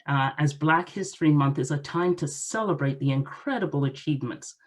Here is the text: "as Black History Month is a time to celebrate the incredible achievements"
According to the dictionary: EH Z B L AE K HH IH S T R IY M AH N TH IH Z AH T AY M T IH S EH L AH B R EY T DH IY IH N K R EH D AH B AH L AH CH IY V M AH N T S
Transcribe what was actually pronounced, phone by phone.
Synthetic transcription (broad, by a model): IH Z B L AE K HH IH S T R IY M AH N TH IH Z AH T AY M T IH S EH L AH B R EY T DH IY IH N K R EH D AH B AH L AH CH IY V M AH N T S